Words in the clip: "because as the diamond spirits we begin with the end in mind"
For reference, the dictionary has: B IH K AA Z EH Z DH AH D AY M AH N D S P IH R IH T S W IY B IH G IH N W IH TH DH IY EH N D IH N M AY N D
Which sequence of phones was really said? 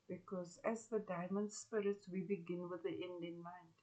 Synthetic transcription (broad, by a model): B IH K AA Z EH Z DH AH D AY M AH N D S P IH R IH T S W IY B IH G IH N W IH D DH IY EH N D IH N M AY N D